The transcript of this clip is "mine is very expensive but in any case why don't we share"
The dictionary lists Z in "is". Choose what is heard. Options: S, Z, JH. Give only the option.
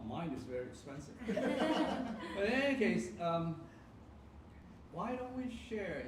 Z